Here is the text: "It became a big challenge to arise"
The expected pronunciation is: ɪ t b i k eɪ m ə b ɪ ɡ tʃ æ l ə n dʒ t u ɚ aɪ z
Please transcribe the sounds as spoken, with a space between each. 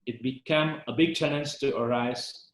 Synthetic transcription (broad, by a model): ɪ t b i k eɪ m ə b ɪ ɡ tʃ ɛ n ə n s t u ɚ aɪ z